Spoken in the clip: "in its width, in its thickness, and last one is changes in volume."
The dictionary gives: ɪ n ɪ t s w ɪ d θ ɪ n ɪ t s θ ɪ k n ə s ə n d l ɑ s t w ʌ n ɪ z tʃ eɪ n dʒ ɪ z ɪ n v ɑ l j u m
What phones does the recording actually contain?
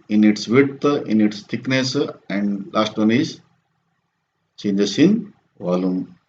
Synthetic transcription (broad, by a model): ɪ n ɪ t s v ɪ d t ɪ n ɪ t s t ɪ k n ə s ə n d l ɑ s t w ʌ n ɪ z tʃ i n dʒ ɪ s ɪ n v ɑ l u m